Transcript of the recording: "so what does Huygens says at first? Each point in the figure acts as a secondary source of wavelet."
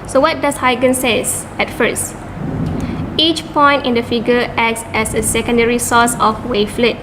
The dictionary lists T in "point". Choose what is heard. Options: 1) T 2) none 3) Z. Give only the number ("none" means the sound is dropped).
1